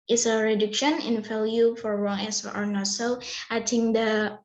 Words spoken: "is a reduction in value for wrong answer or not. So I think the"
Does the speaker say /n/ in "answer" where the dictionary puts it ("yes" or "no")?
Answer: no